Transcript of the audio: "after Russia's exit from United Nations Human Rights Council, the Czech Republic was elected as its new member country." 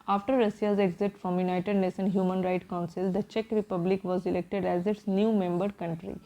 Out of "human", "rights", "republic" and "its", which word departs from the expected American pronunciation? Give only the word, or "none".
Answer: rights